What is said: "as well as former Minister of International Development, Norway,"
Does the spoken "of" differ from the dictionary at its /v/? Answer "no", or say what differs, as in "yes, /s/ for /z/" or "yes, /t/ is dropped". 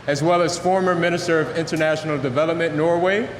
no